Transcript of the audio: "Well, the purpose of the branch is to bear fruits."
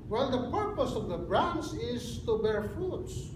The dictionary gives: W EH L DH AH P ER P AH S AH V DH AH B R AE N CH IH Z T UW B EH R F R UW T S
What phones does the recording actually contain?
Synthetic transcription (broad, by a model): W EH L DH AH P ER P AH S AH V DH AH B R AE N S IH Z T UW B EH R F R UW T S